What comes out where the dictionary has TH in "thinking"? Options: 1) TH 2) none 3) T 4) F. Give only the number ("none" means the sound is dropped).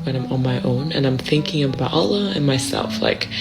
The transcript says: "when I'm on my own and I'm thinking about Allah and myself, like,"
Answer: 1